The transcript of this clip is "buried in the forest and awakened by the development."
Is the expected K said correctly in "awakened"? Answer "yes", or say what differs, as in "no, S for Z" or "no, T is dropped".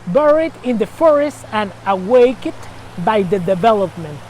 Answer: no, K is dropped